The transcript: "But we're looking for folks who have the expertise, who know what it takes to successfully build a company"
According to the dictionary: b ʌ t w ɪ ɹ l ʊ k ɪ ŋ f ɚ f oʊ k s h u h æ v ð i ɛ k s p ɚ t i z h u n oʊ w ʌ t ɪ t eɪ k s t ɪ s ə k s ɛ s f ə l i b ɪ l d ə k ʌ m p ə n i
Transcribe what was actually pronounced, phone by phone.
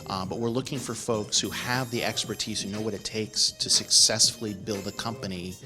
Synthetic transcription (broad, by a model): b ʌ t w ɪ ɹ l ʊ k ɪ ŋ f ɚ f oʊ k s h u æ v ð i ɛ k s p ɚ t i z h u n oʊ w ʌ t ɪ t eɪ k s t ɪ s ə k s ɛ s f l i b ɪ l d ə k ʌ m p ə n i